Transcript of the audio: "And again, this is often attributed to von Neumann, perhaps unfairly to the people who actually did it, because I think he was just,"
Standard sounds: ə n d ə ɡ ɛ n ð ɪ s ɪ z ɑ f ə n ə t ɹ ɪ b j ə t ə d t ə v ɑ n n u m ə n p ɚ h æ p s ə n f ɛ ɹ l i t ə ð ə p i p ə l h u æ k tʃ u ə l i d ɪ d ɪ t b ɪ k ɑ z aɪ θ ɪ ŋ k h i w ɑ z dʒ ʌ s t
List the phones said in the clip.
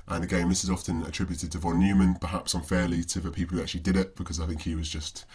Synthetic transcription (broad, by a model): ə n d ə ɡ ɛ n ð ɪ s ɪ z ɑ f ə n ə t ɹ ɪ b j ə t ə d t ə v ɑ n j u m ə n p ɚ h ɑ p s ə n f ɛ l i t ə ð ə p i p l h u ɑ k tʃ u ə l i d ɪ d ɪ t b ɪ k ɑ z aɪ θ ɪ ŋ k h i w ɑ z dʒ ʌ s t